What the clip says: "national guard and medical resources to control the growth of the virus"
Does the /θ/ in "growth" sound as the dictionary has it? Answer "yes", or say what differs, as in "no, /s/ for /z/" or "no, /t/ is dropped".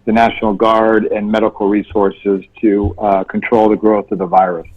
yes